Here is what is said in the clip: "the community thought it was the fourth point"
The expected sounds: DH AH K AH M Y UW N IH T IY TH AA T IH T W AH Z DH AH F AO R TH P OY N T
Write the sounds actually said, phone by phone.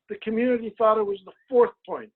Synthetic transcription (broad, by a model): DH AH K AH M Y UW N IH T IY TH AA T IH T W AH Z DH AH F AO R TH P OY N T